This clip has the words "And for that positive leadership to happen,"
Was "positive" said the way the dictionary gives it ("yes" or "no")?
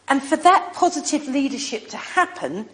yes